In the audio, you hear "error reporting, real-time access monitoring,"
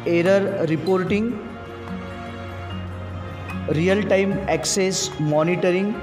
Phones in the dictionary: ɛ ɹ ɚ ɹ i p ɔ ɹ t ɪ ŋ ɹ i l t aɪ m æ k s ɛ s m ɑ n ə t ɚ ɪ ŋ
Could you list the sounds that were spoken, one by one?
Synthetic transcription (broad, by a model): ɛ ɹ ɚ ɹ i p ɔ ɹ t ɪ ŋ ɹ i l t aɪ m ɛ k s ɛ s m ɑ n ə t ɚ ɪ ŋ